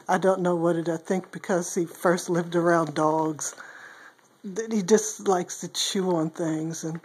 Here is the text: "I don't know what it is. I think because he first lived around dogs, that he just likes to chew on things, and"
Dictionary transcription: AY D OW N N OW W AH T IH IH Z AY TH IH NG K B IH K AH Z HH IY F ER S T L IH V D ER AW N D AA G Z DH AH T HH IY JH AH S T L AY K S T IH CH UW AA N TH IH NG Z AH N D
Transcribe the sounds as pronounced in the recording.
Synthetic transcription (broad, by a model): AY D OW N N OW W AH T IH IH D AY TH IH NG K B IH K AH Z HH IY F ER S T L IH V D ER AW N D AA G Z DH AH T HH IY JH AH S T L AY K S T IH CH UW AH N TH IH NG Z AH N